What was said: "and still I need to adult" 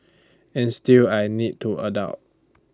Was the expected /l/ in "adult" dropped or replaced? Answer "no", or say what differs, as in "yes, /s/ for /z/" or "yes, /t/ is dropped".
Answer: yes, /l/ is dropped